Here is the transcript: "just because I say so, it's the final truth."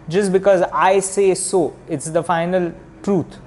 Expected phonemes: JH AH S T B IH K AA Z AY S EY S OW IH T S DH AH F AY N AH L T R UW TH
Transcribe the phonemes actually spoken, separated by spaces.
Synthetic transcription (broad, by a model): JH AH S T B IH K AA Z AY S EY S OW IH T S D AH F AY N AH L T R UW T